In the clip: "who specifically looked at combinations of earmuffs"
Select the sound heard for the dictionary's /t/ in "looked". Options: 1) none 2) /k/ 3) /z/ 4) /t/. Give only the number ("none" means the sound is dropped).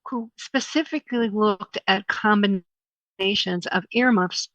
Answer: 4